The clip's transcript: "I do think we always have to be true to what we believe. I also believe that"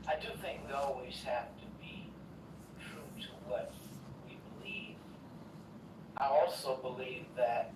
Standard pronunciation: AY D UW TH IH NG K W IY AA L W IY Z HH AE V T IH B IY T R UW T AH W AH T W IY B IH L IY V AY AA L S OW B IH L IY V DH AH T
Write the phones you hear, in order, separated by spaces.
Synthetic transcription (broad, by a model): AY D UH TH IH NG K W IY AA L W IY Z HH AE F T IH B IY T R UW T AH W AH T W IY B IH L IY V AY AA L S OW B IH L IY V DH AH T